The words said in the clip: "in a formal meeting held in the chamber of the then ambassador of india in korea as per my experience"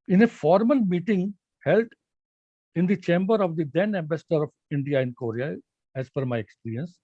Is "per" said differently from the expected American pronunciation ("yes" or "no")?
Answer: yes